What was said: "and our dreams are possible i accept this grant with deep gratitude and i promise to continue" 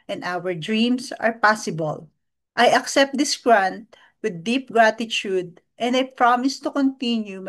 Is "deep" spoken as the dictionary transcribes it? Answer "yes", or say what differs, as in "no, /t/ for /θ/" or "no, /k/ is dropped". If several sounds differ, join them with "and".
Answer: yes